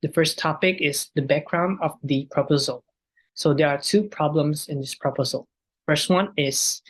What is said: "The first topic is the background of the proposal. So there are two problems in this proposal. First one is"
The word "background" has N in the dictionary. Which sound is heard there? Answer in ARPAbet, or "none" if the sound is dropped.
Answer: N